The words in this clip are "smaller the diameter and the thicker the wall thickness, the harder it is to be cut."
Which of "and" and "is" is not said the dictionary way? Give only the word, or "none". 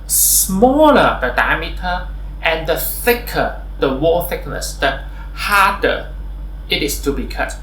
is